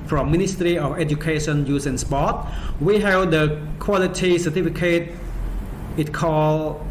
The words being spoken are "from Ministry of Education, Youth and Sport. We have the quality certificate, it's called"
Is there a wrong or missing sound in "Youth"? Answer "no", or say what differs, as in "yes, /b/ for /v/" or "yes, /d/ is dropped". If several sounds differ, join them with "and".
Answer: yes, /s/ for /θ/